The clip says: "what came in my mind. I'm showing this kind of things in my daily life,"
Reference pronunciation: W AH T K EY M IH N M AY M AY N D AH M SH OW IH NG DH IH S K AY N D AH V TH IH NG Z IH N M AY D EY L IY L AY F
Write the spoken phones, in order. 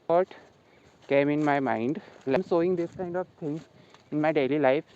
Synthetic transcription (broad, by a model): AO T K EY M IH N M AY M AY N D AH M S OW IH NG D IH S K AY N D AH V T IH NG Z IH N M AY D EY L IY L AY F